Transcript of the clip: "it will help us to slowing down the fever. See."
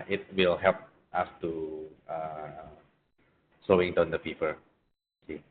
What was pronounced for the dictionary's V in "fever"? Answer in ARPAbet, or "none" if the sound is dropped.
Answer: P